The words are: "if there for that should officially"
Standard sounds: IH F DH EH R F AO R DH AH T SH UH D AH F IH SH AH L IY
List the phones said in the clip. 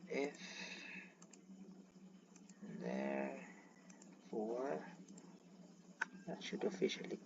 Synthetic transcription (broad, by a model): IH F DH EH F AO W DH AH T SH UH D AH F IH SH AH L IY